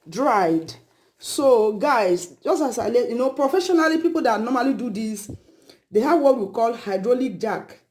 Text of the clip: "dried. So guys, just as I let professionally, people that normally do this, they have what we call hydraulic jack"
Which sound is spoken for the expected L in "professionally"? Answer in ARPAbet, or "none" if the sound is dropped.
L